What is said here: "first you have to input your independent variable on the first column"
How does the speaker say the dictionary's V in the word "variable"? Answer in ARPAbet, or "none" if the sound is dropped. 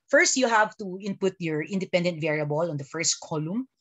V